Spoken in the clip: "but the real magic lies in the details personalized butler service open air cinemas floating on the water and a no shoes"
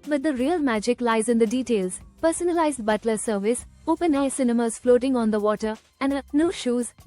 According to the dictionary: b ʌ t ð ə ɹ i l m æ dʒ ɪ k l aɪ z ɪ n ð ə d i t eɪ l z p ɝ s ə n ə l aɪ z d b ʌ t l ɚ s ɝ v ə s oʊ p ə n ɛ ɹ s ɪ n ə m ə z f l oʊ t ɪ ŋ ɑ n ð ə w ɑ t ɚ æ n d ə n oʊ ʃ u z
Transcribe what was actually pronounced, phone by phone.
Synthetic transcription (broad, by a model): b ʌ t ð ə ɹ i l m æ dʒ ɪ k l aɪ z ɪ n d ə d i t eɪ l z p ɝ s ə n ə l aɪ z d b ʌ t l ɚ s ɝ v ə s oʊ p ə n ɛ s ɪ n ə m ə z f l oʊ t ɪ ŋ ɑ n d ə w ɑ t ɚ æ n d ə n oʊ ʃ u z